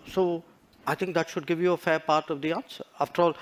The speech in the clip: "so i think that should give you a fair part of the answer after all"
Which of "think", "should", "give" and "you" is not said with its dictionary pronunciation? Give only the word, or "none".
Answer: think